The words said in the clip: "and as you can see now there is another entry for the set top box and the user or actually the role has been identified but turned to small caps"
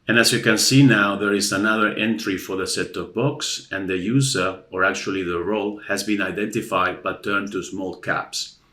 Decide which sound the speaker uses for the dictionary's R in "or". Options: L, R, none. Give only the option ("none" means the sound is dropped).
R